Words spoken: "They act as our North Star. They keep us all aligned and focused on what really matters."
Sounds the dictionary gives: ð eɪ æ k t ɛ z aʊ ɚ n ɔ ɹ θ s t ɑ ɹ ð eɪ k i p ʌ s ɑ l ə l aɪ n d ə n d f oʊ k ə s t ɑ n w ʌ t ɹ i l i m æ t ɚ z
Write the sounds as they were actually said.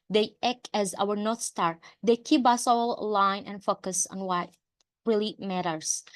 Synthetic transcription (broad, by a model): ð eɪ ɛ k ɛ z aʊ ɚ n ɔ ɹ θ s t ɑ ɹ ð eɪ k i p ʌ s ɑ l l aɪ n ə n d f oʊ k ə s ɑ n w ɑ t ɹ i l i m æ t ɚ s